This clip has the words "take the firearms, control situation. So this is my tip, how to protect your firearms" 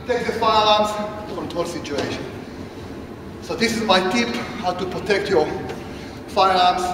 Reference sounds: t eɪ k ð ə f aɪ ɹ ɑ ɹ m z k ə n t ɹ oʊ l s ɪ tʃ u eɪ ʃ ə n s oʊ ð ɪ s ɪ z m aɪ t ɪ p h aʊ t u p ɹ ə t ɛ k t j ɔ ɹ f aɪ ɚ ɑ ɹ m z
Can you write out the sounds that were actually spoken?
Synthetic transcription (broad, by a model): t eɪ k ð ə f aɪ l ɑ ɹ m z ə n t oʊ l s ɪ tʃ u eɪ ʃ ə n s oʊ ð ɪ s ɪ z m aɪ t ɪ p h aʊ t u p ɹ ə t ɛ k t j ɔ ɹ f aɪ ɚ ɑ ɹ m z